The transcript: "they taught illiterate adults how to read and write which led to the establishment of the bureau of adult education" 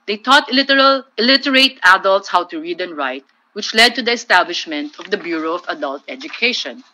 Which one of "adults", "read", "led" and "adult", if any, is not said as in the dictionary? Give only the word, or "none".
none